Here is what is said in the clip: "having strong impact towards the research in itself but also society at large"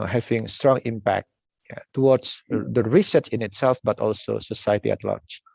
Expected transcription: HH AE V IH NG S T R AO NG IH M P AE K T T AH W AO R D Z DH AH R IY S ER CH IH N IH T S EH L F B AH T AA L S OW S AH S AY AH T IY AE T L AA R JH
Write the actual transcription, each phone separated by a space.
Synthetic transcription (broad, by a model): HH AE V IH NG S T R AO NG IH M P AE K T T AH W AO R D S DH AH R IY S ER S IH N IH T S EH L F B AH T AA L S OW S AH S AY AH T IY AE T L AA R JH